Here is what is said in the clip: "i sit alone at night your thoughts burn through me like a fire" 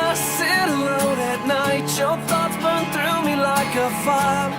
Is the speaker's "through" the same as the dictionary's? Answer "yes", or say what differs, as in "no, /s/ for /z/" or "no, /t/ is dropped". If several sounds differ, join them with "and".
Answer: yes